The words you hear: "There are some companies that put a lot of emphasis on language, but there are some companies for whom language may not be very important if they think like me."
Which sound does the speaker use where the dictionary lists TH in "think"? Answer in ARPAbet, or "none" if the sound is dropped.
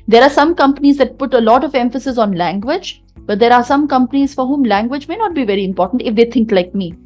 T